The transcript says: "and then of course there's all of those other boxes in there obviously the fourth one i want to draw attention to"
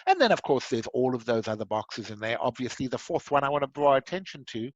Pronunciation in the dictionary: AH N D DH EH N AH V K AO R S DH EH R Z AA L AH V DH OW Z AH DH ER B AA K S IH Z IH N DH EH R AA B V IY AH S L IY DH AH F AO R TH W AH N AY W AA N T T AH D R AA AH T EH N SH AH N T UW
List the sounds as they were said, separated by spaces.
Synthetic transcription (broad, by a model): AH N DH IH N AH V K AO R S DH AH R Z AA L AH V DH OW Z AH DH ER B AA K S IH Z IH N DH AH R AA B V IY AH S L IY DH AH F AO R TH W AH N AY W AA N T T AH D R AA AH T EH N SH AH N T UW